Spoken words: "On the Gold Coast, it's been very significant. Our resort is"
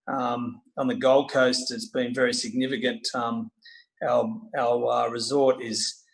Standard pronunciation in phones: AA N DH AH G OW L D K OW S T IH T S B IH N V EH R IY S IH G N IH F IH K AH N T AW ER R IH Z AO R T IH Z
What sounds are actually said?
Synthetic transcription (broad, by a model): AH N DH AH G OW L D K OW S T IH T S B IH N V EH R IY S IH G N IH F IH K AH N T AW ER R IH Z AO R T IH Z